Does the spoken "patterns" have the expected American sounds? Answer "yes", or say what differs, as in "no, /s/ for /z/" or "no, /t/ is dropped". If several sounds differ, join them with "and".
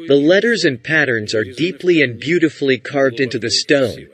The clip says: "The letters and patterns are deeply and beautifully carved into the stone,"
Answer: yes